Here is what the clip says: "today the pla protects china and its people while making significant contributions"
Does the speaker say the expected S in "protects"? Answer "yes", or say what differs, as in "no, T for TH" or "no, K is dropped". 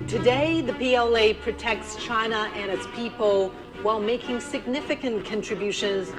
yes